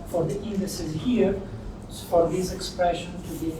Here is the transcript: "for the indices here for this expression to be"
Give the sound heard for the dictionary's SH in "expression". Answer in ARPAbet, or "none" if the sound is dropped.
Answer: SH